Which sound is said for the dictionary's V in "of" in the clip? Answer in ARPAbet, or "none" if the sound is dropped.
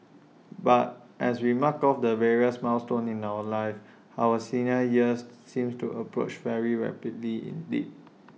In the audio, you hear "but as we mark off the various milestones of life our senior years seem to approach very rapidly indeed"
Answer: W